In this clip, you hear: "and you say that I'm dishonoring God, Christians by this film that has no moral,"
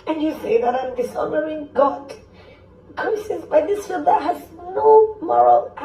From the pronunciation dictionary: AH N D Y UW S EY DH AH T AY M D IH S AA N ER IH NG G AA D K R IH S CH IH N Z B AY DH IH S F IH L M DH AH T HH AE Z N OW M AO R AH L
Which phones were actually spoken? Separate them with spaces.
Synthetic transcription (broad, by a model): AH N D Y UW S EY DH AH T AY M D IH S AA N ER IH NG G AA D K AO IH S IH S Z B AY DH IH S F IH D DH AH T HH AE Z N OW M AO R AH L